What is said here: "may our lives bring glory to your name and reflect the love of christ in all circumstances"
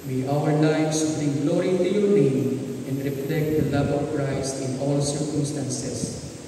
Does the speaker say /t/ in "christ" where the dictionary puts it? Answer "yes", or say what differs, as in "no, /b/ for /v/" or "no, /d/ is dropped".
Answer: no, /t/ is dropped